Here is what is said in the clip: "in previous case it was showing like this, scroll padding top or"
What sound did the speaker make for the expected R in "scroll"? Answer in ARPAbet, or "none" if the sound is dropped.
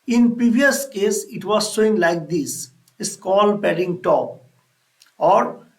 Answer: none